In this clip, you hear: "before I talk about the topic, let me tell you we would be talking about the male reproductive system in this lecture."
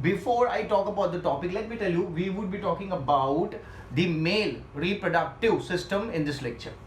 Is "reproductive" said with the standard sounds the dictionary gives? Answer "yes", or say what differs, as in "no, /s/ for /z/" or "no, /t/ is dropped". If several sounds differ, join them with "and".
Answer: yes